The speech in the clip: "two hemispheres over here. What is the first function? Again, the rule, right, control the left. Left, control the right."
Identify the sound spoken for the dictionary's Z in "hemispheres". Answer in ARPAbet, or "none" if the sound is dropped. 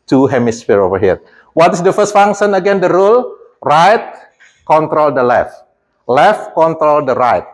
none